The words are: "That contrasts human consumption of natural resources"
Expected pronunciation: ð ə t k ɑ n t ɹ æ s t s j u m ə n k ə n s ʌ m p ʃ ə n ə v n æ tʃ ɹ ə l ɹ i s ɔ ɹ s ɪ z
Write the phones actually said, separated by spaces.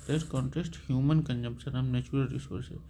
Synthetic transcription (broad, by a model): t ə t k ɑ n t æ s t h j u m ə n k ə n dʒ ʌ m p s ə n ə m n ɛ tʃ ɹ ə l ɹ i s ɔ ɹ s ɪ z